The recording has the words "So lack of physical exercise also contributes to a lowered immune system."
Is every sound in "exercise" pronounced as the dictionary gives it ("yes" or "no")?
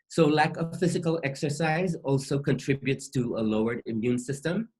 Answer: yes